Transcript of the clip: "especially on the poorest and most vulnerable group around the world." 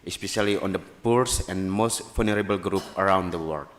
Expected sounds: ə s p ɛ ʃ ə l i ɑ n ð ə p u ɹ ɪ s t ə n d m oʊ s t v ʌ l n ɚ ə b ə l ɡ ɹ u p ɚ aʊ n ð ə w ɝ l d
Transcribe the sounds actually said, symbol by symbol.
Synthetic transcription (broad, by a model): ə s p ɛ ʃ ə l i ɑ n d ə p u ɹ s ə n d m oʊ s t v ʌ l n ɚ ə b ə l ɡ ɹ u p ɚ aʊ n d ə w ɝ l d